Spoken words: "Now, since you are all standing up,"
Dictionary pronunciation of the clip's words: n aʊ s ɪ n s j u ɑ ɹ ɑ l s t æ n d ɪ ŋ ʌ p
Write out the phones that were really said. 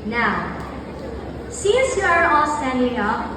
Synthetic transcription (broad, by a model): n aʊ s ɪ s j u ɑ ɹ ɑ l s t æ n d ɪ ŋ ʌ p